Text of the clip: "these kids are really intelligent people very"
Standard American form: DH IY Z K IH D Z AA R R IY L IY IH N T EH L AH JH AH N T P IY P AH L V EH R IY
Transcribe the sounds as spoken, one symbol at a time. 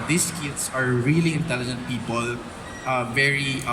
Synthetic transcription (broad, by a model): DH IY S K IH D S AA R R IY L IY IH N T EH L AH JH AH N T P IY P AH L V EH R IY